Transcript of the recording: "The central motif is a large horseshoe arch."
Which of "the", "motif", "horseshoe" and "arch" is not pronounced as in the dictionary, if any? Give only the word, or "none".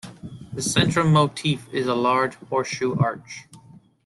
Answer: horseshoe